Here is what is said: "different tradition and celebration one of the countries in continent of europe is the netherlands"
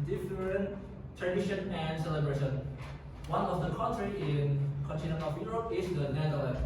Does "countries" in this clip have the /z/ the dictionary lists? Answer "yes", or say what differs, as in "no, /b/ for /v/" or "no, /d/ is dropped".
no, /z/ is dropped